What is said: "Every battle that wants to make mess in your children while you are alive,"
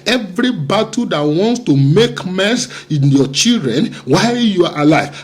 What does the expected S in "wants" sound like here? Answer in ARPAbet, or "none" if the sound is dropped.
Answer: S